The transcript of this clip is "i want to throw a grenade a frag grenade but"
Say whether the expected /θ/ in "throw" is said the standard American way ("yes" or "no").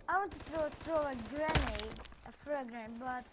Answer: no